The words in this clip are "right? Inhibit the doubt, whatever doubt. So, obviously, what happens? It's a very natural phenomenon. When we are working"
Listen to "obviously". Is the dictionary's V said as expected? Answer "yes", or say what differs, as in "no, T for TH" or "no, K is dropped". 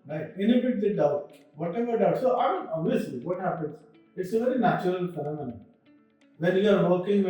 no, V is dropped